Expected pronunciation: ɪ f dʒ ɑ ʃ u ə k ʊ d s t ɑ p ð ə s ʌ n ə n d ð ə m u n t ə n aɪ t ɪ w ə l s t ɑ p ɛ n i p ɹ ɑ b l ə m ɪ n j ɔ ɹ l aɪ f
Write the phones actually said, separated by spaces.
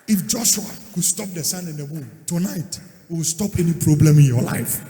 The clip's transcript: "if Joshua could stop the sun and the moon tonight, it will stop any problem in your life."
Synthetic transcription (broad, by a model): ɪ f dʒ ɑ ʃ u ə k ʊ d s t ɑ p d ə s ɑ n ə n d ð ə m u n t ə n aɪ t ɪ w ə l s t ɑ p ɛ n i p ɹ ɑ b l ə m ɪ n j ɔ l aɪ f